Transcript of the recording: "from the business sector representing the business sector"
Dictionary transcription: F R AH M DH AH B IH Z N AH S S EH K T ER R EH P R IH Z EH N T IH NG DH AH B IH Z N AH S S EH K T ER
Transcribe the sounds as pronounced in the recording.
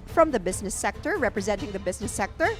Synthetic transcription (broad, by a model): F R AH M DH AH B IH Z N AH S S EH K T ER R EH P R IH Z EH N T IH NG DH AH B IH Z N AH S S EH K T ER